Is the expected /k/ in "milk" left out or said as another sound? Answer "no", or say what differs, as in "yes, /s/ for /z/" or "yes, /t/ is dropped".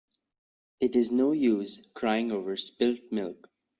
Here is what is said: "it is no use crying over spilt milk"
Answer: no